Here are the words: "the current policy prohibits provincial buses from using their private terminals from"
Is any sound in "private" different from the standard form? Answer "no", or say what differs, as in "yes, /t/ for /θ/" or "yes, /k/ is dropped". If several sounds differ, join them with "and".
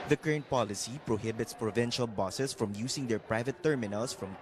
no